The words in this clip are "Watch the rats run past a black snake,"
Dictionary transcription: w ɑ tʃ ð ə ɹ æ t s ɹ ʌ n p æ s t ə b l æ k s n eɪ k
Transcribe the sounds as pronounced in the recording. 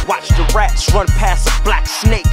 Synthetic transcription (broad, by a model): w ɑ tʃ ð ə ɹ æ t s ɹ ʌ n p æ s ə b l æ k s n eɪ k